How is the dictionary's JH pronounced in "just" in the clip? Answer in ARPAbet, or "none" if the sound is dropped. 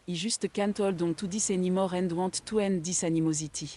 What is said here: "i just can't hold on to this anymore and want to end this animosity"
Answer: ZH